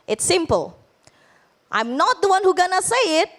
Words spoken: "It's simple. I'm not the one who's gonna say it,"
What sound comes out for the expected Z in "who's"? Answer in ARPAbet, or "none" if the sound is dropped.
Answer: none